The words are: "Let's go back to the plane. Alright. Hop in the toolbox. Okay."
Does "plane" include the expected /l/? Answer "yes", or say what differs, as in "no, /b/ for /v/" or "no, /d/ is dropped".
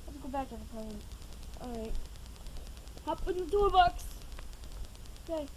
no, /l/ is dropped